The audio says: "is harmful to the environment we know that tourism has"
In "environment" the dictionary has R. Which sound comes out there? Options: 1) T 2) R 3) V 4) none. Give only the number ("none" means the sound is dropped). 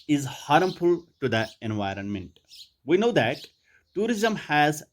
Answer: 2